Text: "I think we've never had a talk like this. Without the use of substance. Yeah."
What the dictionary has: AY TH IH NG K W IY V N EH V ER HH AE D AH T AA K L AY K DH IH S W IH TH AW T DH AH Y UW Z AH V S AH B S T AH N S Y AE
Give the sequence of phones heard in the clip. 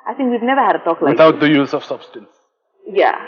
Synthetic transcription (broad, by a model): AY TH IH NG K W IY V N EH V ER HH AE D AH T AA K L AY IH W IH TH AW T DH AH Y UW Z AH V S AH B S T AH N S Y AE